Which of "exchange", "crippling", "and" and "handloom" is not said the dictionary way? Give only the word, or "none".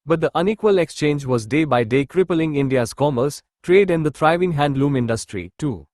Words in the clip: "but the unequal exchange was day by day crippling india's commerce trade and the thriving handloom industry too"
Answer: none